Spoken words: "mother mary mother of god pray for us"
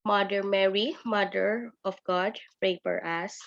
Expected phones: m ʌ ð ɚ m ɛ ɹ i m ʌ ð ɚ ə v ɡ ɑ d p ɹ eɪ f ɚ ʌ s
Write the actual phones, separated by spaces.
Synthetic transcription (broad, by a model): m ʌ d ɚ m ɛ ɹ i m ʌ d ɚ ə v ɡ ɑ d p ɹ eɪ p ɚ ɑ s